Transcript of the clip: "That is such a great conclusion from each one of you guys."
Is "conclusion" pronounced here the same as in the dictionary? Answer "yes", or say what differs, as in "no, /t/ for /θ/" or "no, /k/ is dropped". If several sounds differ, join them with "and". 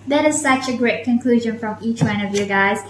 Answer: yes